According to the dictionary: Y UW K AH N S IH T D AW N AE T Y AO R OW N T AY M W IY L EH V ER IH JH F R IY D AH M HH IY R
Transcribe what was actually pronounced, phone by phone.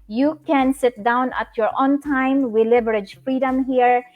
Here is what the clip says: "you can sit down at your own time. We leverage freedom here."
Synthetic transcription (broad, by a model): Y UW K AH N S IH T D AW N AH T Y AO R OW N T AY M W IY L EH B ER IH JH F R IY D AH M HH IY R